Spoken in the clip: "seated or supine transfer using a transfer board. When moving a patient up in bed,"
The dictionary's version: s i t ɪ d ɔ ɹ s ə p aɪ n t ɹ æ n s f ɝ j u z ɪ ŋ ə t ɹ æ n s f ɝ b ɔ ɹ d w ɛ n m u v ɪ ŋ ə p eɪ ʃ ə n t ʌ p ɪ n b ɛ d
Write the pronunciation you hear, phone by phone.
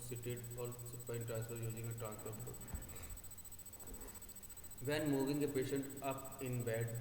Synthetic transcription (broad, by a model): s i t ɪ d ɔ l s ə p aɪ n t ɹ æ n s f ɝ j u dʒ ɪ ŋ ə t ɹ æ n s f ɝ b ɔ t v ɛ n m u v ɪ ŋ ə p eɪ ʃ ə n t ʌ p ɪ n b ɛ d